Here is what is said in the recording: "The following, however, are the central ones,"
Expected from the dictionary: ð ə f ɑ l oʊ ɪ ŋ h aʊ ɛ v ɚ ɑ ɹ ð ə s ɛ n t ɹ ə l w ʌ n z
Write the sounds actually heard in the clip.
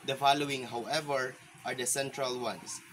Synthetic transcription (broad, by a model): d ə f ɑ l oʊ ɪ ŋ h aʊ ɛ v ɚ ɑ ɹ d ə s ɛ n t ɹ ə l w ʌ n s